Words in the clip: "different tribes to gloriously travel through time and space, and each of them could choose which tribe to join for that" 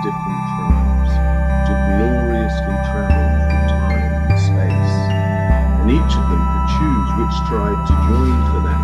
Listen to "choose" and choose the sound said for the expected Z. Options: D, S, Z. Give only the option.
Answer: Z